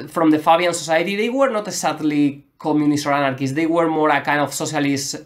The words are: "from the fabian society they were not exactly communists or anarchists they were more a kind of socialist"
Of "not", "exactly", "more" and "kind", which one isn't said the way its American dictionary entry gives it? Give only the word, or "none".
exactly